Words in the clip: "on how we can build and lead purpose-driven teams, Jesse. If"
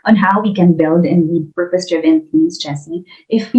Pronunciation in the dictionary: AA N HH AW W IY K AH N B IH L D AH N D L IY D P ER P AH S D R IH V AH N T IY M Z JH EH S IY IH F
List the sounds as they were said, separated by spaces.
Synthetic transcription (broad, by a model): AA N HH AW W IY K AH N B IH L D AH N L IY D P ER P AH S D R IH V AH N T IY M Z CH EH S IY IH F